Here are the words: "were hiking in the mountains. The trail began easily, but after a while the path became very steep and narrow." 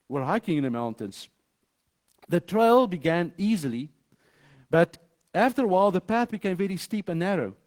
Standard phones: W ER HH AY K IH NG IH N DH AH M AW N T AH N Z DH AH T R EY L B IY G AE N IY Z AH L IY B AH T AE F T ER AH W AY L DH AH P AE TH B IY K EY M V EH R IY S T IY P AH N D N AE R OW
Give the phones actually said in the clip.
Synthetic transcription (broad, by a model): W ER HH AY K IH NG IH N DH AH M AW N T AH N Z DH AH T R EY L B IY G AE N IY Z AH L IY B AH T AE F T ER AH W AY L DH AH P AE TH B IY K EY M V EH R IY S T IY P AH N N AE R OW